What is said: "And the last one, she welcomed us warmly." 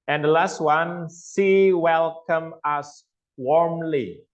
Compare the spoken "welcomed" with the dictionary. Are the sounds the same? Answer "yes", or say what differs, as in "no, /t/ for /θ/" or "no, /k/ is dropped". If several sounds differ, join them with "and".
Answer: no, /d/ is dropped